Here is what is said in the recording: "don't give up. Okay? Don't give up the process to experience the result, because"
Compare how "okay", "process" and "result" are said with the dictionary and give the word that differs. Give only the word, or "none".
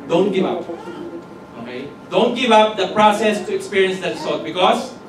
result